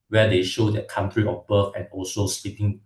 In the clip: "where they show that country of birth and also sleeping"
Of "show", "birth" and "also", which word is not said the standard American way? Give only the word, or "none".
birth